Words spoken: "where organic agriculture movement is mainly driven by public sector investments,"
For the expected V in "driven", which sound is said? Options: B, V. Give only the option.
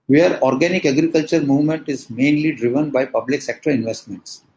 V